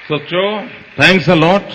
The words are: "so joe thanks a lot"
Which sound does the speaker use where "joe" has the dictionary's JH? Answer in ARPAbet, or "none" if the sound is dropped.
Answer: CH